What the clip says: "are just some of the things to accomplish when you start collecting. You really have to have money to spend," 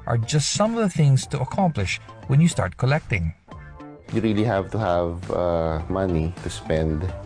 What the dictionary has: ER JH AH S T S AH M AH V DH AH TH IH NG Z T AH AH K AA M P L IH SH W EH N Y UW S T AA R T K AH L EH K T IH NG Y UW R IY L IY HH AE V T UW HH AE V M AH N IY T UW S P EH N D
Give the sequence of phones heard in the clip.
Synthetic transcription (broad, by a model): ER JH AH S T S AH M AH V DH AH TH IH NG Z T AH AH K AA M P L IH SH W EH N Y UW S T AA R T K AH L EH K T IH NG Y UW R IY L IY HH AE V T UW HH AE V M AH N IY T UW S P EH N D